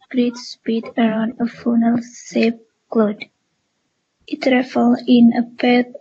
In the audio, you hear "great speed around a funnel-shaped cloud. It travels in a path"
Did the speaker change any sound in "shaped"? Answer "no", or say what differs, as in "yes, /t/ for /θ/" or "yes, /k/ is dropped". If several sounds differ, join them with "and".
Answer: yes, /s/ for /ʃ/